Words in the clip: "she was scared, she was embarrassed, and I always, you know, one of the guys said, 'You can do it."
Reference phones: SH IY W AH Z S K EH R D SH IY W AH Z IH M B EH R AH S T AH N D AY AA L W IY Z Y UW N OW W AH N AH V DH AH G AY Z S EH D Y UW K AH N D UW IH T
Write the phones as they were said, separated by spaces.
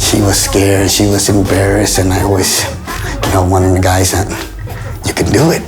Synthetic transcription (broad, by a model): SH IY W AH Z S K EH R D SH IY W AH Z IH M B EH R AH S AH N AY AA L W IY Z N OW W AH N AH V DH AH G AY Z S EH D Y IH K AH N D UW IH T